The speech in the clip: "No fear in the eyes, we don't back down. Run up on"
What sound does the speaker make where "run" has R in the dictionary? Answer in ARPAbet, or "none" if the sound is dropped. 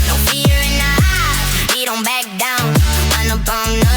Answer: W